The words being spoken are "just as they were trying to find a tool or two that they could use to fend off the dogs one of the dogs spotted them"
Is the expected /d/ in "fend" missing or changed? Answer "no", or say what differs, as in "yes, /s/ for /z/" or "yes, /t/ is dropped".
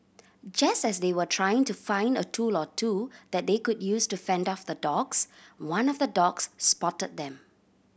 no